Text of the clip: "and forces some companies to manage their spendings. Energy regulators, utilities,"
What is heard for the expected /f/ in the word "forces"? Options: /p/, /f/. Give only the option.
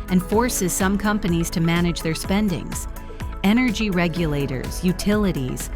/f/